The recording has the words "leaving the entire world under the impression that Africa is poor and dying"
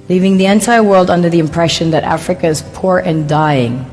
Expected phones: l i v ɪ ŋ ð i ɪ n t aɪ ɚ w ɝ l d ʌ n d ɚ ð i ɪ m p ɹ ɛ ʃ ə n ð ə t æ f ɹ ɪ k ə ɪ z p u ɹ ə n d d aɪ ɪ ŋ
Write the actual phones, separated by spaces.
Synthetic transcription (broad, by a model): l i v ɪ ŋ ð i ɪ n t aɪ ɚ w ɝ l d ʌ n d ɚ ð i ɪ m p ɹ ɛ ʃ ə n ð ə t æ f ɹ ɪ k ə ɪ z p u ɹ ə n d d aɪ ɪ ŋ